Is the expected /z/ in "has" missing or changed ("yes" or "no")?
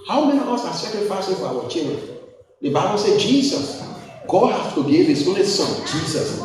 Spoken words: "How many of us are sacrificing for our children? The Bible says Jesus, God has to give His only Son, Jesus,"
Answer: yes